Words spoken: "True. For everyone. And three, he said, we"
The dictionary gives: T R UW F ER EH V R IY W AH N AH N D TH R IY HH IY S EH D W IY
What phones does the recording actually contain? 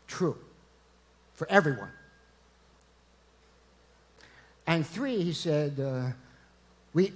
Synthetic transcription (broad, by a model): T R UW F ER EH V R IY W AH N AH N TH R IY HH IY S EH D W IY